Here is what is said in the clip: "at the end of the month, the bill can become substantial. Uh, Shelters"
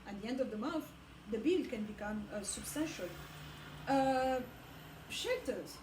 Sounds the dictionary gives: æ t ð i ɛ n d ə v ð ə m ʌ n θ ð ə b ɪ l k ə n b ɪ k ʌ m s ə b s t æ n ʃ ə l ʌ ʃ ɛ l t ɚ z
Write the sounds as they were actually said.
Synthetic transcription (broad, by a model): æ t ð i ɛ n d ə v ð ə m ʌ θ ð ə b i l k ə n b ɪ k ʌ m s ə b s t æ n ʃ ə l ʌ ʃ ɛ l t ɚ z